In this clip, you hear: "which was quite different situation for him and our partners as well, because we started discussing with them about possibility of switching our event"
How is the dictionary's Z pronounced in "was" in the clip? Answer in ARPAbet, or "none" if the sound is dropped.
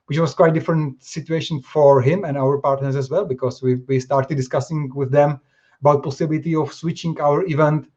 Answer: S